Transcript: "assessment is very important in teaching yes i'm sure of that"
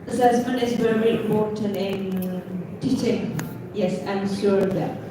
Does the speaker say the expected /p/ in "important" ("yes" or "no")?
no